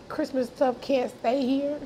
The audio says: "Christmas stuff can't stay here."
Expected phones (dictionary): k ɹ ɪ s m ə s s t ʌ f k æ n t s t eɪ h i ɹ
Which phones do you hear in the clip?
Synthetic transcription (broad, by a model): k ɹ ɪ s m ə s s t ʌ p k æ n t s t eɪ h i ɹ